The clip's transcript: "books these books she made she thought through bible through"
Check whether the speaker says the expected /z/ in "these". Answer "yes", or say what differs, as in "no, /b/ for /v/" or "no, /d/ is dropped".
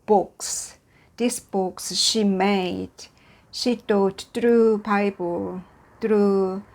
no, /s/ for /z/